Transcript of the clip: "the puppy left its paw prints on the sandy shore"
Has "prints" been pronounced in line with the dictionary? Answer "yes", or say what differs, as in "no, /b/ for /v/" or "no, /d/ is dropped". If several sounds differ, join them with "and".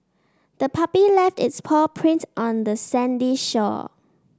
no, /s/ is dropped